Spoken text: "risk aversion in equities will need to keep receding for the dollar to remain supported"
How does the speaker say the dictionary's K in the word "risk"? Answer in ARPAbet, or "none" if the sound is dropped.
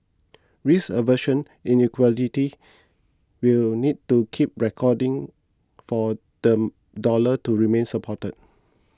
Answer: none